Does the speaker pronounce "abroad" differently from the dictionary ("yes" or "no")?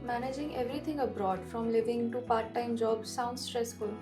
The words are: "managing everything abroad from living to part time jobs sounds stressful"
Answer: no